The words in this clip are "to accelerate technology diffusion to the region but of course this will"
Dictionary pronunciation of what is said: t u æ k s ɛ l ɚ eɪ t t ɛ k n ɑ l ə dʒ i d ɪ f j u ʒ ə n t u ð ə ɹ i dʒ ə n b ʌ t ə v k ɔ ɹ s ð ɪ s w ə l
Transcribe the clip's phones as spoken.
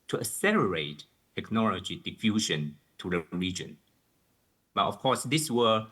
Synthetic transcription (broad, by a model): t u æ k s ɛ l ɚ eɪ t t ɛ k n ɑ l ə dʒ i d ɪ f j u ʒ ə n t u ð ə ɹ i dʒ ə n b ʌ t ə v k ɔ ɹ s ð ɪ s w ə